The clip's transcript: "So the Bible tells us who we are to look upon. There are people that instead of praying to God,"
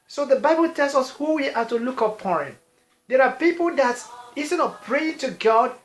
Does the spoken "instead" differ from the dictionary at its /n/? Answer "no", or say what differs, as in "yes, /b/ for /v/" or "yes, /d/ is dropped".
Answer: yes, /n/ is dropped